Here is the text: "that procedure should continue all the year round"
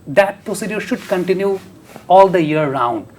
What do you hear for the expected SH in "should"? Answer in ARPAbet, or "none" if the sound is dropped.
SH